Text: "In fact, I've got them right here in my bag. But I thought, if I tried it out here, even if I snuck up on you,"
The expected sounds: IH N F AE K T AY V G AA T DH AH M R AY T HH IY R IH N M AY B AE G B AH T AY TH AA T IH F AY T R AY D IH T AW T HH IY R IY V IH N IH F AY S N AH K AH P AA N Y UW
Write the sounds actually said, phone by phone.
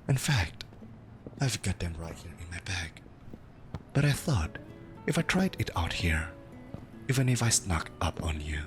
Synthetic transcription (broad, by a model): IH N F AE K T AY V G AA T DH AH M R AY T HH IY R IH N M AY B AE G B AH T AY TH AA T IH F AY T R AY D IH T AW T HH IY R IY V IH N IH F AY S N AH K AH P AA N Y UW